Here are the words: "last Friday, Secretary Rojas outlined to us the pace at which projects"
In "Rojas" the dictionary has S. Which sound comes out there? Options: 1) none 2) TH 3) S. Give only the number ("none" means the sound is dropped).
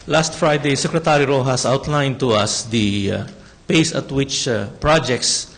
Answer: 3